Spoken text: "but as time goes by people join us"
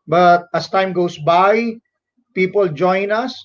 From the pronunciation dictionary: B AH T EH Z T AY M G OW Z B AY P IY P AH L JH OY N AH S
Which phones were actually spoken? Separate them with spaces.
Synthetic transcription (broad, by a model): B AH T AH S T AY M G OW S B AY P IY P AH L JH OY N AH S